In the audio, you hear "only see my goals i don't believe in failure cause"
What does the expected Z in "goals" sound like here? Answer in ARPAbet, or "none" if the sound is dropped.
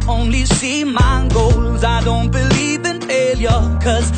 Z